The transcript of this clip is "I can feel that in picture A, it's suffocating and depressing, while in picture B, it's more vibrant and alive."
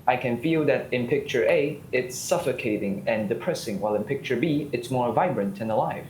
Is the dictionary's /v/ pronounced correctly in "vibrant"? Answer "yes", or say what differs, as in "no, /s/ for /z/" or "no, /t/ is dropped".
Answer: yes